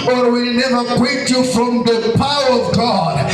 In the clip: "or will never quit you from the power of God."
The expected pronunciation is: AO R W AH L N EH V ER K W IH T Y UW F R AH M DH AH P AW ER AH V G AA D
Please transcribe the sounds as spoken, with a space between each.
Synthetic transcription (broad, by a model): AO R W AH L N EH V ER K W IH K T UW F R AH M DH AH P AW ER AH V G AA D